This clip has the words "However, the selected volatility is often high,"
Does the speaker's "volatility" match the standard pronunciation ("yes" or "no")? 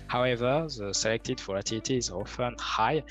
no